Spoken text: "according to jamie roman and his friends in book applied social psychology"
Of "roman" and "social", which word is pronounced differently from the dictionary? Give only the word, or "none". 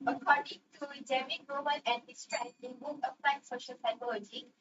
roman